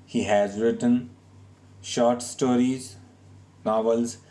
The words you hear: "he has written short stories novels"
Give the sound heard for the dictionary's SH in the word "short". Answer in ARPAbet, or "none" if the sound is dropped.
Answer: SH